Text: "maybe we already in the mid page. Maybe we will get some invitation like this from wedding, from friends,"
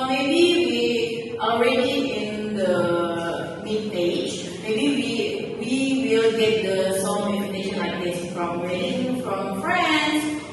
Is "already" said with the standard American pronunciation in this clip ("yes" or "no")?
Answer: yes